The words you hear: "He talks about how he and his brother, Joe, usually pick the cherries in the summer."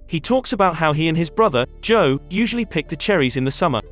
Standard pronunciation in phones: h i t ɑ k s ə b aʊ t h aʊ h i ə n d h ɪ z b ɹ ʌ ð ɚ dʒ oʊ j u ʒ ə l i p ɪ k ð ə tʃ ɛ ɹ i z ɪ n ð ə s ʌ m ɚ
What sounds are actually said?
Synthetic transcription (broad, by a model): h i t ɑ k s ə b aʊ t h aʊ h i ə n ɪ z b ɹ ʌ ð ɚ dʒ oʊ j u ʒ ə l i p ɪ k ð ə tʃ ɛ ɹ i z ɪ n ð ə s ʌ m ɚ